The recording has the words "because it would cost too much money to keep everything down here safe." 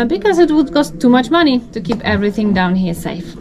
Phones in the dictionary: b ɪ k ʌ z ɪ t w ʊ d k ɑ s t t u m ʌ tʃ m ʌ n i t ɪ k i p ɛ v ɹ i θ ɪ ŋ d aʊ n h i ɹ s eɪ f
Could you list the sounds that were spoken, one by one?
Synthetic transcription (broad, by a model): b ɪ k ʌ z ɪ t w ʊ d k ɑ s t t u m ʌ tʃ m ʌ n i t ɪ k i p ɛ v ɹ i θ ɪ ŋ d aʊ n h i ɹ s eɪ f